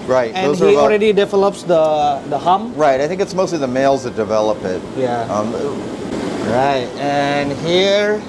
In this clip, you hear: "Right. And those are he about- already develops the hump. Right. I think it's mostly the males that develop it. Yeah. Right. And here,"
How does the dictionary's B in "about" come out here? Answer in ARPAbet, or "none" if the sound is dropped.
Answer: none